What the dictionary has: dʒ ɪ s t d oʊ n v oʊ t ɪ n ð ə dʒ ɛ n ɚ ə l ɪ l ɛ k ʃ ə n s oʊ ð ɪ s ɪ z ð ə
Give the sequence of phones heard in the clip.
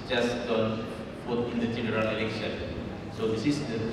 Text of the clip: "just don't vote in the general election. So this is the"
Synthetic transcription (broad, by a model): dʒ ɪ s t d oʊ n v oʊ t ɪ n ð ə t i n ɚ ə n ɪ l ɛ k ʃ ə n s oʊ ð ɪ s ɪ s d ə